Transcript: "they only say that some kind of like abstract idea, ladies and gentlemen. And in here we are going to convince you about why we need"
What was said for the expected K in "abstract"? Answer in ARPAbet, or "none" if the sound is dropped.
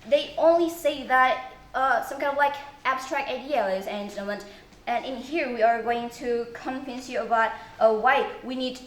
K